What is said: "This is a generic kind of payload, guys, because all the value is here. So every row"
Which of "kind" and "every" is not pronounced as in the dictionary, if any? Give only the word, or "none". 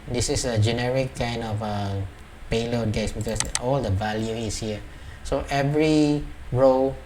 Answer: none